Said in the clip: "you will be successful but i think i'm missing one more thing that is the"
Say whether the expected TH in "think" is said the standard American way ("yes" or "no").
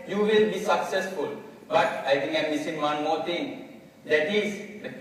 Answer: no